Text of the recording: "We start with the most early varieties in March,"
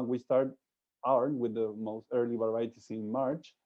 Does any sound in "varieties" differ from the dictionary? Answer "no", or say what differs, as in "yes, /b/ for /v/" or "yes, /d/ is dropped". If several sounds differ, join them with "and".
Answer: yes, /s/ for /z/